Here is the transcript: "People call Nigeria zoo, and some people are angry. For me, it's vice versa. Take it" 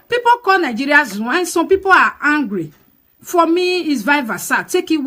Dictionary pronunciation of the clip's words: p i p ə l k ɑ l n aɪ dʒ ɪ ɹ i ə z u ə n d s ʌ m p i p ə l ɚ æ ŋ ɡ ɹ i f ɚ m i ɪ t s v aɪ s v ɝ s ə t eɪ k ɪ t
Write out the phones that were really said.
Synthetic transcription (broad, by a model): p i p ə k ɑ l n aɪ dʒ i ɹ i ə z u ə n s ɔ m p i p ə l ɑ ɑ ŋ ɡ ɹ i f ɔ m i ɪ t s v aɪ v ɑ s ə t eɪ k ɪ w